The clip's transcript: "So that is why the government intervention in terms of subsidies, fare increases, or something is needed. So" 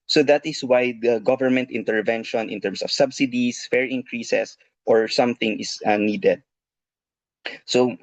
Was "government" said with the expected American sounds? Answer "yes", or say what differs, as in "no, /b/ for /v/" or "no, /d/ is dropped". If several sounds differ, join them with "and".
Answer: yes